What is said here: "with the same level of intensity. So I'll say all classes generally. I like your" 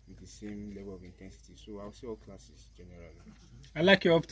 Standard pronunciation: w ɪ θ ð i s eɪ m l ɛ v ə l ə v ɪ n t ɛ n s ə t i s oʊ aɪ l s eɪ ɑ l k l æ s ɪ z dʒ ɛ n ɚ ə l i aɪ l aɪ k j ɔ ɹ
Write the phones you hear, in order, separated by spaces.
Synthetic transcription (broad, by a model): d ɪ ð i s eɪ m l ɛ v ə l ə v ɪ n t ɛ n s ə t i s oʊ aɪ w s eɪ ɑ l k l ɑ s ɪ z dʒ ɛ n ɚ ə l i aɪ l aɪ k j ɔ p